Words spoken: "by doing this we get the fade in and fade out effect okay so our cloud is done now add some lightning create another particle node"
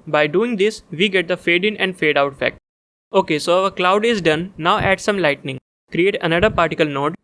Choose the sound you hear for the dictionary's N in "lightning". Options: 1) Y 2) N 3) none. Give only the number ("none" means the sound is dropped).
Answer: 2